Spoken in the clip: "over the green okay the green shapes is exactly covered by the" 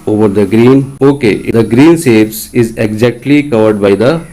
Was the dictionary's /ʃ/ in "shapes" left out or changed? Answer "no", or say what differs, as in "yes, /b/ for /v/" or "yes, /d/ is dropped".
yes, /s/ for /ʃ/